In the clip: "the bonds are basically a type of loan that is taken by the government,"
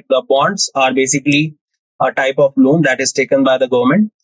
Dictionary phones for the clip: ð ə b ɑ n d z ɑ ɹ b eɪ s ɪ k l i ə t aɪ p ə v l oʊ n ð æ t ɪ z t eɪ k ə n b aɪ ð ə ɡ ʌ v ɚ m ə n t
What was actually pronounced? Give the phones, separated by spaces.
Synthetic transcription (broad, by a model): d ə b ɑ n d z ɑ ɹ b eɪ s ɪ k l i ə t aɪ p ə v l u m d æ t ɪ z t eɪ k ə n b aɪ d ə ɡ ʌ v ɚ m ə n t